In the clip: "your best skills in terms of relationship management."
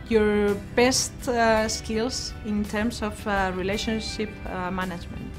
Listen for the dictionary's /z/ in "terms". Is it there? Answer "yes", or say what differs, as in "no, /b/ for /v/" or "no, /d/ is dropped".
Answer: no, /s/ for /z/